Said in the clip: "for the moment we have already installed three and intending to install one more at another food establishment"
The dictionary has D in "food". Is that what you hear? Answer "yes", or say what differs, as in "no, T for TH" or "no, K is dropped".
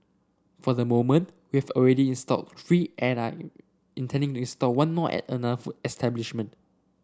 no, D is dropped